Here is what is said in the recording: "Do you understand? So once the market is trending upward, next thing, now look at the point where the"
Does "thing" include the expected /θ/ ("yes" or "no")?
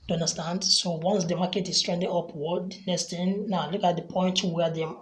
no